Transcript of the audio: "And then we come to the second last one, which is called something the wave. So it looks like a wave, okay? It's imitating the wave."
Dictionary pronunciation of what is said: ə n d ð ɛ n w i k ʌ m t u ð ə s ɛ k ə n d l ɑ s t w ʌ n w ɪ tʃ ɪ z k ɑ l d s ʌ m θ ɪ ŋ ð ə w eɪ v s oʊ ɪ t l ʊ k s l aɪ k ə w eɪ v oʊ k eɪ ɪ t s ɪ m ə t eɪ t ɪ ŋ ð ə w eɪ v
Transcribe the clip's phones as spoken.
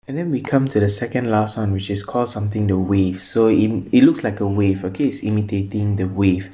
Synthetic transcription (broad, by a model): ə n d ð ɛ n w i k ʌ m t u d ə s ɛ k ə n d l ɑ s t w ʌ n w ɪ tʃ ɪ s k ɑ l d s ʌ m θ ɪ ŋ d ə w eɪ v s oʊ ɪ t l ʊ k s l aɪ k ə w eɪ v oʊ k eɪ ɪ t s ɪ m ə t eɪ t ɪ ŋ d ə w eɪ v